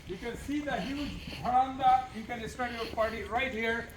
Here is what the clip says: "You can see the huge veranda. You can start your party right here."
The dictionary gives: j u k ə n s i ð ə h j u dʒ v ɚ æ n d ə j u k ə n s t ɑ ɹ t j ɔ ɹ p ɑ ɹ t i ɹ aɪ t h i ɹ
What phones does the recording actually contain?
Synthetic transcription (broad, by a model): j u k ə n s i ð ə h j u dʒ b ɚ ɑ n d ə j u k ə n s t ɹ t j ɔ ɹ p ɑ ɹ t i ɹ aɪ t h i ɹ